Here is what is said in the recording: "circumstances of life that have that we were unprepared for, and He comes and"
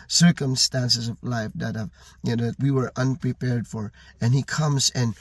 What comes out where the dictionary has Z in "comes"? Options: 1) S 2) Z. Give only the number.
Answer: 2